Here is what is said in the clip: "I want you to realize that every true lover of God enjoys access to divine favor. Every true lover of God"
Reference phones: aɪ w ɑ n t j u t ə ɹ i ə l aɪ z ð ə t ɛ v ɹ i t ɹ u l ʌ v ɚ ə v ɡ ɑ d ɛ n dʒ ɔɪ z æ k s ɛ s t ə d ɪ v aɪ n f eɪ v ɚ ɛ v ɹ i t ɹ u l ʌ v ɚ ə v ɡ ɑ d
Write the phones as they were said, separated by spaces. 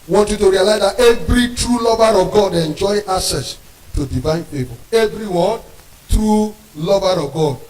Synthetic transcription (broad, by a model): w ɑ n t j u t ə ɹ i ə l aɪ z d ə t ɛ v ɹ i t ɹ u l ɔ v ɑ ə v ɡ ɑ d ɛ n dʒ ɔɪ ɑ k s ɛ s t ə d ɪ v aɪ n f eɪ b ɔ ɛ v ɹ i t ɹ u l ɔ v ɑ ə v ɡ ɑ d